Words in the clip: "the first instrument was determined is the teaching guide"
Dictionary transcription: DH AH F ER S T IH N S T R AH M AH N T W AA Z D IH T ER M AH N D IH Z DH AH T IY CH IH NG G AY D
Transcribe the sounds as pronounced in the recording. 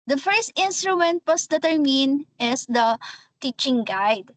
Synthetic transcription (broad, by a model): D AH F ER S T IH N S T R AH M AH N T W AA S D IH T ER M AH N IH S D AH T IY CH IH NG G AY D